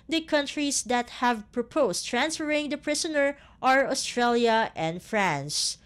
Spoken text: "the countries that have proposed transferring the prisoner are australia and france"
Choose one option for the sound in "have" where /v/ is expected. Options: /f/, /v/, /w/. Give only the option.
/v/